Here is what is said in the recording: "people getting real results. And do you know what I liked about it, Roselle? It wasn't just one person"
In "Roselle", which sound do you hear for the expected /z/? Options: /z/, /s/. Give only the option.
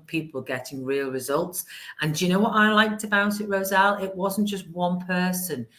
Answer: /z/